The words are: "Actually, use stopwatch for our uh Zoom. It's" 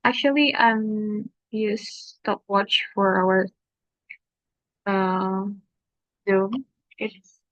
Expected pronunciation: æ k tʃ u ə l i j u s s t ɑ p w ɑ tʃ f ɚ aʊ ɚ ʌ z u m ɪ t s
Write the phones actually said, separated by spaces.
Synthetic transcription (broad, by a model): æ k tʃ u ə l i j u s s t ɑ p w ɑ tʃ f ɚ aʊ ɚ ʌ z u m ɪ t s